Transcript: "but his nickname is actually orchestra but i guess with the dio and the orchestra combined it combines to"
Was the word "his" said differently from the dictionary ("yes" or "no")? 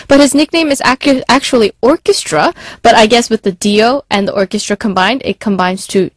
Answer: no